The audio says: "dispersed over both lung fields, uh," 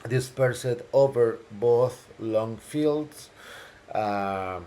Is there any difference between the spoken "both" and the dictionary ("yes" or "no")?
no